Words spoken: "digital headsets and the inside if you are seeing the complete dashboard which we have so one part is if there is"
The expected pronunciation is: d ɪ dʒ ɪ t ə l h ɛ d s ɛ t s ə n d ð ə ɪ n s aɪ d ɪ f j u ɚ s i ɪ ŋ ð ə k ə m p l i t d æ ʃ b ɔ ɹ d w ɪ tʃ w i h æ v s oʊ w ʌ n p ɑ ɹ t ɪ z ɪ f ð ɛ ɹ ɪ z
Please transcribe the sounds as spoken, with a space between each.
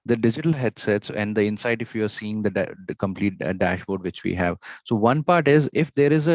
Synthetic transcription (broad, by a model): d ɪ dʒ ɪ t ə l h ɛ d s ɛ t s ə n d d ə ɪ n s aɪ d ɪ f j u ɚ s i ɪ ŋ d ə k ə m p l i t d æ ʃ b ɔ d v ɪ tʃ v i h æ v s oʊ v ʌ n p ɑ ɹ t ɪ z ɪ f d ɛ ɹ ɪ z